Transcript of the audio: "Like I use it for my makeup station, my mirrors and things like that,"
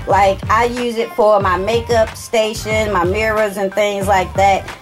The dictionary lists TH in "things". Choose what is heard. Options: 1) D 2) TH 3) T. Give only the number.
2